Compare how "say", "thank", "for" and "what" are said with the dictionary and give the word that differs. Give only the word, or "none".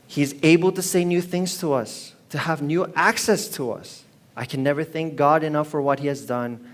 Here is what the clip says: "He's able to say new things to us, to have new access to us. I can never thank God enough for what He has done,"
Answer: none